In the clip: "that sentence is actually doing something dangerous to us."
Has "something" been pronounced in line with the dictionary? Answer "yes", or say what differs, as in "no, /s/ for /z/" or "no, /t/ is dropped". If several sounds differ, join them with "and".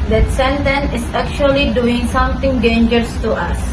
no, /t/ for /θ/